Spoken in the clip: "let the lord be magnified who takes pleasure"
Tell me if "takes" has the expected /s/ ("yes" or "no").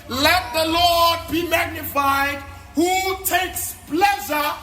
yes